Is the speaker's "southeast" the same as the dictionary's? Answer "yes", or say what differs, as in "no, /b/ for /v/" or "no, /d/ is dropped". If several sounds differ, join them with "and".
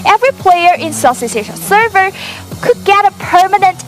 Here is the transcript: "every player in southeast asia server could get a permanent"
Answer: no, /s/ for /θ/ and /t/ is dropped